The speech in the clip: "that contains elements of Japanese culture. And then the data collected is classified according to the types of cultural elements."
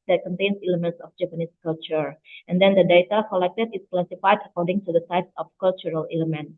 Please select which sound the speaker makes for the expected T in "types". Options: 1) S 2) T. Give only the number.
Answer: 1